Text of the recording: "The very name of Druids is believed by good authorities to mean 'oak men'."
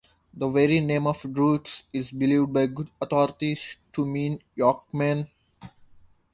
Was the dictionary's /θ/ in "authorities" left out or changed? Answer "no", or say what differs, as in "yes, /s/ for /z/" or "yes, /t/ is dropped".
yes, /t/ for /θ/